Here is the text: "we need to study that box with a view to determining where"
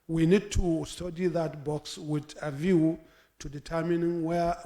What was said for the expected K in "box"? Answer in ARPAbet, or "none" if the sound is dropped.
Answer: K